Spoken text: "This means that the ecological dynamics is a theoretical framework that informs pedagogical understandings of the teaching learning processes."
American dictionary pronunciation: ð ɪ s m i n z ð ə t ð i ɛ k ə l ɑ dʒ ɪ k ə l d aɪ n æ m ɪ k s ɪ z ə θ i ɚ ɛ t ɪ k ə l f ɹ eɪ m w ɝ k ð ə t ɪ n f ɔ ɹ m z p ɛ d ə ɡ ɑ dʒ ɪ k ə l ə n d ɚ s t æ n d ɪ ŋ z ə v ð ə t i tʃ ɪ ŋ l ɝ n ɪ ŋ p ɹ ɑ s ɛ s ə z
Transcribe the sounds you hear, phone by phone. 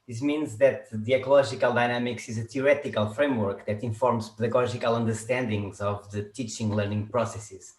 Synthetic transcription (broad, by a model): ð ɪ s m i n z ð ə t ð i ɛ k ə l ɑ ʒ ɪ k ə l d aɪ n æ m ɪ k s ɪ z ə t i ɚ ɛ t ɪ k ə l f ɹ eɪ m w ɝ k ð ə t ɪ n f ɔ ɹ m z p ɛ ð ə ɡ ɑ ʒ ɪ k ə l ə n d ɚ s t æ n d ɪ ŋ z ə v ð ə t i tʃ ɪ ŋ l ɝ n ɪ ŋ p ɹ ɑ s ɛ s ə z